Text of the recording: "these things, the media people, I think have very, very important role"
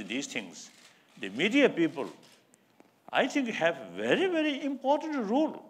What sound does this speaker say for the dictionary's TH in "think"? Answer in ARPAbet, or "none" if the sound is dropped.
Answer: T